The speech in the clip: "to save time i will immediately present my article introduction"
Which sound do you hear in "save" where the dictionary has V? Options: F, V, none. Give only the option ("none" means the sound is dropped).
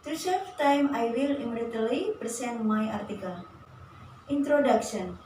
F